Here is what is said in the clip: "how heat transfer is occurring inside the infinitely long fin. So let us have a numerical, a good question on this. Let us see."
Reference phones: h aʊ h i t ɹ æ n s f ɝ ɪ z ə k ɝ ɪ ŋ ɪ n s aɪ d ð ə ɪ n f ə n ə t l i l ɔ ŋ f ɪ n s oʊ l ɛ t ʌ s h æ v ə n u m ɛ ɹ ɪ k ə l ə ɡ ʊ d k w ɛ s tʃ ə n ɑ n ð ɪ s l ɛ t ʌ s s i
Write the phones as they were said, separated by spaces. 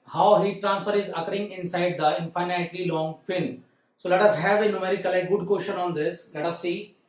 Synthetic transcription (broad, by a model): h aʊ h i t ɹ æ n s f ɝ ɪ z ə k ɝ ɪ ŋ ɪ n s aɪ d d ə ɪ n f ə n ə t l i l ɔ ŋ f ɪ n s oʊ l ɛ t ʌ s h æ v ə n u m ɛ ɹ ɪ k ə l ə ɡ ʊ d k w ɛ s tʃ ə n ɑ n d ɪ s l ɛ t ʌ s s i